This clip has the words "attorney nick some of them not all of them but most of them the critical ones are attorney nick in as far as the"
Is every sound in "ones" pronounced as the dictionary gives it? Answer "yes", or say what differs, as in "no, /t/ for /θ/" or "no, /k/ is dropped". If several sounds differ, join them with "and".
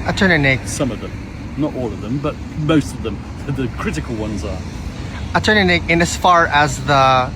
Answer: yes